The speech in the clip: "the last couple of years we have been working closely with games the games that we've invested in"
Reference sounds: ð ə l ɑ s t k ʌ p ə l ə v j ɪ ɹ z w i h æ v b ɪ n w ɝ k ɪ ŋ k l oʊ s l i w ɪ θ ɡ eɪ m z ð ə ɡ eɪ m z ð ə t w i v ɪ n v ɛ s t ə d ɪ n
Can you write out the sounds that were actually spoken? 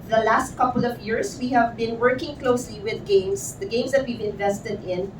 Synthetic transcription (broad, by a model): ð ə l ɑ s t k ʌ p ə l ə v j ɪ ɹ s w i h æ v b ɪ n w ɝ k ɪ ŋ k l oʊ s l i w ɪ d ɡ eɪ m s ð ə ɡ eɪ m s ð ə t w i v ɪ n v ɛ s t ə d ɪ n